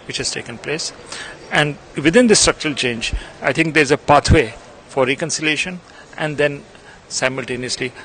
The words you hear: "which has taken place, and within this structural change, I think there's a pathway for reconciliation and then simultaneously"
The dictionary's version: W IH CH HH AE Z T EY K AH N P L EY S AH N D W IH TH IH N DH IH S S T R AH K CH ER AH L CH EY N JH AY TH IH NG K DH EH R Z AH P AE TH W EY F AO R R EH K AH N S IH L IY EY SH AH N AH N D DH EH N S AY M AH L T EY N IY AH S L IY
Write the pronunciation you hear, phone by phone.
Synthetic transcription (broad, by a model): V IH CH HH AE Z T EY K AH N P L EY S AH N D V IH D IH N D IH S S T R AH K CH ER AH L CH EY N JH AY T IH NG K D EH R Z AH P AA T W EY F AO R R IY K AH N S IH L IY EY SH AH N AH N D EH N S AY M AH L T EY N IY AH S L IY